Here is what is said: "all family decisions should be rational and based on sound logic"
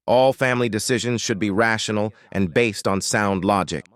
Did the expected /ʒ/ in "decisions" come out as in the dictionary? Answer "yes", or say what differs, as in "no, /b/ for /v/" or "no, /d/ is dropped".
yes